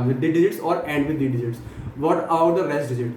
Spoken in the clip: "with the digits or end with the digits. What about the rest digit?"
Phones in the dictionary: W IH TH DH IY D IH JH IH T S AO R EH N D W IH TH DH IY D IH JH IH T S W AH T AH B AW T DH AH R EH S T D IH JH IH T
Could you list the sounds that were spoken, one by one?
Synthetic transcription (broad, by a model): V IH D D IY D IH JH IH T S AO R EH N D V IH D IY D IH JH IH T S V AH T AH UH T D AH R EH S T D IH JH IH T